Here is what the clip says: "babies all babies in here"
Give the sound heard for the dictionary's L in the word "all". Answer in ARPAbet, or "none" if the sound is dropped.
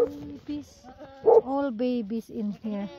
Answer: L